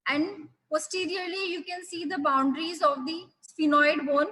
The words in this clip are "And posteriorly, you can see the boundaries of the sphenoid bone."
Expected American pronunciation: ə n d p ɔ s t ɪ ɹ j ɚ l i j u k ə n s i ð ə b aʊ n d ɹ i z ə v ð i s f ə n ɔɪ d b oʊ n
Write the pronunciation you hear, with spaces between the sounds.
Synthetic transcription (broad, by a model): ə n d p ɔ s t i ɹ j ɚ l i j u k ə n s i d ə b aʊ n d ɹ i z ə v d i s p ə n ɔɪ d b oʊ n